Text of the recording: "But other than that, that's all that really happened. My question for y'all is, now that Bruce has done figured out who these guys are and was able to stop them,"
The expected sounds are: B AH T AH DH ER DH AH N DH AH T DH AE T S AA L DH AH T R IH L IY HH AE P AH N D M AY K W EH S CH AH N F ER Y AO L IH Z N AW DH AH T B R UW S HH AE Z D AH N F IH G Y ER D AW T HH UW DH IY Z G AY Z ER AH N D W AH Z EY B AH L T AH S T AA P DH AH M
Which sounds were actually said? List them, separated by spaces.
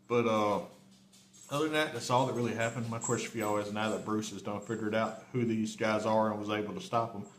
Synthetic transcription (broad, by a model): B AH T AH ER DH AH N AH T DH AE T S AA L DH AH T R IH L IY HH AE P AH N D M AY K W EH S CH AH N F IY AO W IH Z N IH DH AH T B R UW S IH Z D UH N F IH G Y ER D AW T HH UW DH IY Z G AY Z ER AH N W AH Z EY B L T AH S T AA P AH M